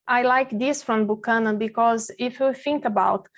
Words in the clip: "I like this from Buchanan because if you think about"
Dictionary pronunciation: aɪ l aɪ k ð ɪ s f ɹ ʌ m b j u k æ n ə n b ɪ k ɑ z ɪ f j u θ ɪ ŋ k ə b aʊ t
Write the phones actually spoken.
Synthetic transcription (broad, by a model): aɪ l aɪ k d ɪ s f ɹ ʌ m b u k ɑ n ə b ɪ k ɑ z ɪ f j u θ ɪ ŋ k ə b aʊ t